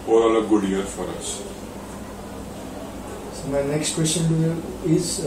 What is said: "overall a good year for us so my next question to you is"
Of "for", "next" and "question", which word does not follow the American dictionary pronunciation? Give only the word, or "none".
none